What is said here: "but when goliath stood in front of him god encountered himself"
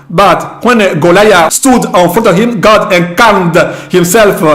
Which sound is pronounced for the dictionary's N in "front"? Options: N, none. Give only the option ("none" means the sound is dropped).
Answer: none